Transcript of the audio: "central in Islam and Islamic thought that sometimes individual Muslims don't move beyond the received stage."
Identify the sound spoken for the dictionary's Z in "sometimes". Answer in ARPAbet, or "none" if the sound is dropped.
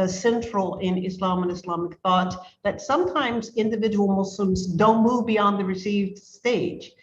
Z